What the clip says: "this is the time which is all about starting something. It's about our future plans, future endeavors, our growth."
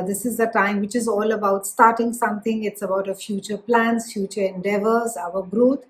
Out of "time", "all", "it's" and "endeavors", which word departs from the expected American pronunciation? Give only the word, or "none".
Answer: none